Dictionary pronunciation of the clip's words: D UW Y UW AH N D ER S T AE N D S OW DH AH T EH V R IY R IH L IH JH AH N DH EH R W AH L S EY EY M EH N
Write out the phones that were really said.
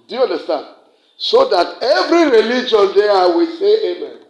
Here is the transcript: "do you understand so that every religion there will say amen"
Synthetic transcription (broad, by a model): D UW Y UW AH N D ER S T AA N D S OW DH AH T EH V R IY R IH L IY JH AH N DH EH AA W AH S EY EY M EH N